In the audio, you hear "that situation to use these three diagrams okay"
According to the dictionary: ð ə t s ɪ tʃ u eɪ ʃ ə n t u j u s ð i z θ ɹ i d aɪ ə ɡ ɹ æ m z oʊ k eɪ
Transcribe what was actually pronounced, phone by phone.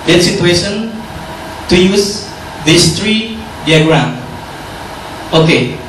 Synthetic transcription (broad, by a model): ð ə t s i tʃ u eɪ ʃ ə n t u j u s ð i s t ɹ i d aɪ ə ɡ ɹ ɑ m oʊ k eɪ